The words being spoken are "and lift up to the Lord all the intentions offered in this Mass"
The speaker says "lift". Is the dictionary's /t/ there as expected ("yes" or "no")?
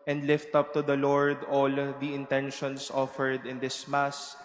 yes